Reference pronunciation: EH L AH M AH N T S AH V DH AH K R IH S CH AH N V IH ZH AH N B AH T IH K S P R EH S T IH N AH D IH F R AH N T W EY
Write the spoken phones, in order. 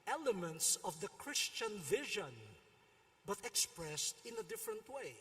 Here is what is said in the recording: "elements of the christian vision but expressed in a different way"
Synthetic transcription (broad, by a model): EH L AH M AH N T S AH V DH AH K R IH S CH AH N V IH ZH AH N B AH T IH K S P R EH S T IH N AH D IH F R AH N T W EY